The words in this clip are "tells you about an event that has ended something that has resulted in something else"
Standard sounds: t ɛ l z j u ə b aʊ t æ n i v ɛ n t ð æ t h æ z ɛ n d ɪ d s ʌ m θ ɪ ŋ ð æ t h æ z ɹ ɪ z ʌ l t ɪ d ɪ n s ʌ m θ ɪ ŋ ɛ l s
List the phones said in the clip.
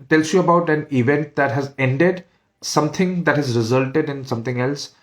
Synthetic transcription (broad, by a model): t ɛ l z j u ə b aʊ t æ n i v ɛ n t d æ t h æ z ɛ n d ɪ d s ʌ m t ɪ ŋ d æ t h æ z ɹ ɪ z ʌ l t ɪ d ɪ n s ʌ m t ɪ ŋ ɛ l s